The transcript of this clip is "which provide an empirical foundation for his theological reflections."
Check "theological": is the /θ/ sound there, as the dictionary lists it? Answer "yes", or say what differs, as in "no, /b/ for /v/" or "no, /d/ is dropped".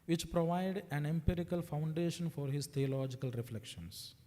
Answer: no, /t/ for /θ/